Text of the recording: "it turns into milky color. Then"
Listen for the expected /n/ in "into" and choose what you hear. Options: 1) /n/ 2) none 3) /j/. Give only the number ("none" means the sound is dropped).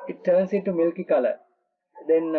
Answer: 2